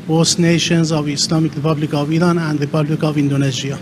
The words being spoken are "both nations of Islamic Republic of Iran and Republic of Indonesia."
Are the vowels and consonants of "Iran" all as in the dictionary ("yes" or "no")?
yes